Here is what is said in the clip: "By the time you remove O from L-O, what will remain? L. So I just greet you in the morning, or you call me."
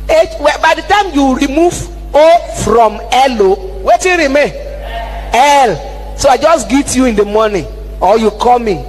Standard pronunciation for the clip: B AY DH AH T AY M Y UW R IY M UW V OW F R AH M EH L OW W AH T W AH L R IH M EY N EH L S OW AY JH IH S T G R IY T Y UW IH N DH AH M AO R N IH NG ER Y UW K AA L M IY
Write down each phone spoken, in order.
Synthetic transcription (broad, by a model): B AY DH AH T AY M Y UW R IY M UW V OW F R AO M EH L OW W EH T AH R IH M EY EH L S OW AY JH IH S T G IY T Y UW IH N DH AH M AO N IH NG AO Y UW K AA M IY